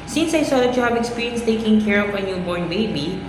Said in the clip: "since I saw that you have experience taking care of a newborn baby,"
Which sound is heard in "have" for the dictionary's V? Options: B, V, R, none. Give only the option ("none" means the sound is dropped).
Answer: B